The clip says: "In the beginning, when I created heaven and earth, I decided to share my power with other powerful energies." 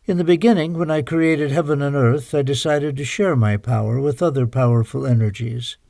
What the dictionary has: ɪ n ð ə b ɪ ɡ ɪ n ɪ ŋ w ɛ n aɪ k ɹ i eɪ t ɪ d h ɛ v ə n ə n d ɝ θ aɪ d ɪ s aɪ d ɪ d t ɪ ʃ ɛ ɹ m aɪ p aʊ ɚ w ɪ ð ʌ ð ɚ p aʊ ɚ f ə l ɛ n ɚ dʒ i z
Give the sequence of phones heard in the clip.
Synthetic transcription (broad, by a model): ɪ n ð ə b ɪ ɡ ɪ n ɪ ŋ w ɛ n aɪ k ɹ i eɪ t ɪ d h ɛ v ə n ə n ɝ θ aɪ d ɪ s aɪ d ɪ d t ɪ ʃ ɛ ɹ m aɪ p aʊ ɚ w ɪ ð ʌ ð ɚ p aʊ ɚ f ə l ɛ n ɚ dʒ i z